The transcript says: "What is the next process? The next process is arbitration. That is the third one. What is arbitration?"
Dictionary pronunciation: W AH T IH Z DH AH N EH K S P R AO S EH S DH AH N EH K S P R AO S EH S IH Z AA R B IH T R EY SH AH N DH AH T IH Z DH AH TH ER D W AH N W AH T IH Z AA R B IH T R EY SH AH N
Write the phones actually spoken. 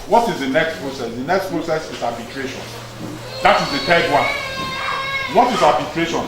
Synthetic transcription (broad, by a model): W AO T IH Z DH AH N EH K S P R AO S EH S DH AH N EH K S P R AO S EH S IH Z AA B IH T R EY SH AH N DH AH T IH Z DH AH T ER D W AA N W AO T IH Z AA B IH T R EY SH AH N